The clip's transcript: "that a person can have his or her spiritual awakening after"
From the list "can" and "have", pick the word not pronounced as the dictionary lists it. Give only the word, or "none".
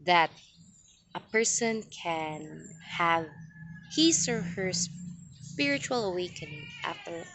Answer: none